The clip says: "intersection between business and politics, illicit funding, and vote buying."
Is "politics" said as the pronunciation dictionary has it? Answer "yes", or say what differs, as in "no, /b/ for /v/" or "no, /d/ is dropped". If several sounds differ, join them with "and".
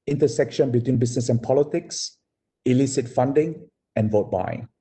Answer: yes